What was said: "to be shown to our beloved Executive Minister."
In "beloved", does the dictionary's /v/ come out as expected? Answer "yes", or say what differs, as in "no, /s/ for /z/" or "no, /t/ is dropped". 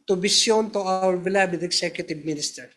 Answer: no, /b/ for /v/